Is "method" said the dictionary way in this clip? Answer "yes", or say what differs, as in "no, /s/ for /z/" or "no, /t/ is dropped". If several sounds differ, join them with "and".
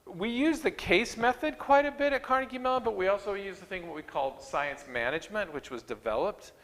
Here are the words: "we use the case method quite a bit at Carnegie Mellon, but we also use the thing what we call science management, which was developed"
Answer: yes